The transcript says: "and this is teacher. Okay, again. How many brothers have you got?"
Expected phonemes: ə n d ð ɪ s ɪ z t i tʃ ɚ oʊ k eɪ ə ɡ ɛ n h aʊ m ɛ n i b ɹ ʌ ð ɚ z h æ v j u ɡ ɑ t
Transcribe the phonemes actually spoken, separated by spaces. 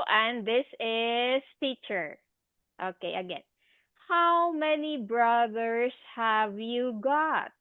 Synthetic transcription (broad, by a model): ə n d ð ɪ s ɪ s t i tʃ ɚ oʊ k eɪ ə ɡ ɛ n h aʊ m ɛ n i b ɹ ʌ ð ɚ s h æ v j u ɡ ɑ t